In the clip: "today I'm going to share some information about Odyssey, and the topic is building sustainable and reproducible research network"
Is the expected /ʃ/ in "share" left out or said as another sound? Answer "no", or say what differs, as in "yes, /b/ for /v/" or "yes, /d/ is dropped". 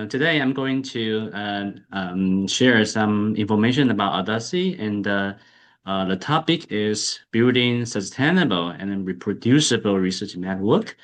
no